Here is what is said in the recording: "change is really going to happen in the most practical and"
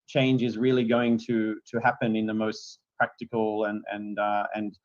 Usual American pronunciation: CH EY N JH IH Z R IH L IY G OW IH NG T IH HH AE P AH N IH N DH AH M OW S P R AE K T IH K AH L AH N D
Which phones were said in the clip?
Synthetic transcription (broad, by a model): CH EY N JH IH Z R IH L IY G OW IH NG T IH HH AE P AH N IH N DH AH M OW S P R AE K T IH K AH N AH N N